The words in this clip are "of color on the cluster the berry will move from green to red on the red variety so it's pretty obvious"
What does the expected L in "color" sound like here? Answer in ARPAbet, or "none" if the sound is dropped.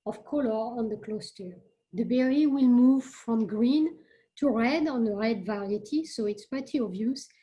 L